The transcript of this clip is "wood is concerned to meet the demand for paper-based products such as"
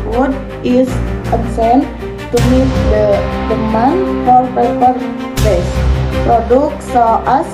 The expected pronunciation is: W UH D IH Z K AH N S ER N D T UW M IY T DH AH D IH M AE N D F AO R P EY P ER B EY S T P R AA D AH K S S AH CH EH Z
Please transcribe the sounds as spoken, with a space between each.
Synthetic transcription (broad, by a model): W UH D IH S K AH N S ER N T UW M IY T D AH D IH M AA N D F AO R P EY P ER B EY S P R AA D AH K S S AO AA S